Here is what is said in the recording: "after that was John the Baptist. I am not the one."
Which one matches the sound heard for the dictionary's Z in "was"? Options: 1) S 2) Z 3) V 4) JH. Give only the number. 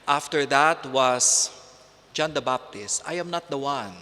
1